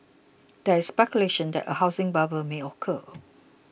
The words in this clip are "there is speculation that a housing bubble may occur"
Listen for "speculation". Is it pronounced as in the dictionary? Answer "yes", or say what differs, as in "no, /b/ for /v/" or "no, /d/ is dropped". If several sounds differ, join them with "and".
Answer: yes